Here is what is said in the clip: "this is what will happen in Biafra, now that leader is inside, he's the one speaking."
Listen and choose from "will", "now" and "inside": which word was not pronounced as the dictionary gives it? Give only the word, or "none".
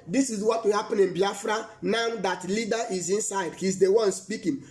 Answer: will